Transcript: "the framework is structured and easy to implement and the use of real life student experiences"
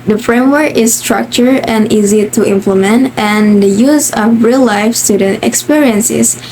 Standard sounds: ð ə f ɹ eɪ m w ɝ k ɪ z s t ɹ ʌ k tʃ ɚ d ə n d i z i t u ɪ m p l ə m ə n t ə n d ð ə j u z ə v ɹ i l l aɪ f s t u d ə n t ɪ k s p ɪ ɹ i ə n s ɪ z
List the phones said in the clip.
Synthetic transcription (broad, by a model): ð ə f ɹ eɪ m w ɝ k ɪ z s t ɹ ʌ k tʃ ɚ ə n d i z i t u ɪ m p l ə m ə n t ə n d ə j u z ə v ɹ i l l aɪ f s t u d ə n t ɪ k s p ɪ ɹ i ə n s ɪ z